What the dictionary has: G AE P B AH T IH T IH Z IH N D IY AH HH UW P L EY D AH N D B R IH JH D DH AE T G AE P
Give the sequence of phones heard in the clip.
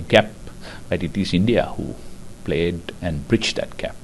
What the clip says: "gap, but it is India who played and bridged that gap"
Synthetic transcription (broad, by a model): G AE P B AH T IH T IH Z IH N D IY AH HH UW P L EY D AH N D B R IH CH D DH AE T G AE P